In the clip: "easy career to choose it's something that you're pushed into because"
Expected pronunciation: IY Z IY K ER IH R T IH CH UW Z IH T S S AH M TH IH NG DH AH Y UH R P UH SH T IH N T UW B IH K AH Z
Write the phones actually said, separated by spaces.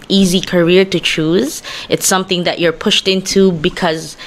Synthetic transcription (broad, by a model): IY Z IY K ER IH R T IH CH UW Z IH T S S AH M TH IH NG DH AH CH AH R P UH SH T IH N T UW B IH K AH Z